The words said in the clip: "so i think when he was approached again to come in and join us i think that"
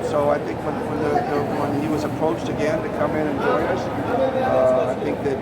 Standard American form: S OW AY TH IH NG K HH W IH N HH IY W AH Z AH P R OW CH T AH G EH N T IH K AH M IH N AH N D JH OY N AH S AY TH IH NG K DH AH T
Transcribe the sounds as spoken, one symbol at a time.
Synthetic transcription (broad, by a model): S OW AY TH IH NG K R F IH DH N IY W AH Z AH P R OW CH T AH G EH N T IH K AH M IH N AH N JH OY AH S AY TH IH NG K DH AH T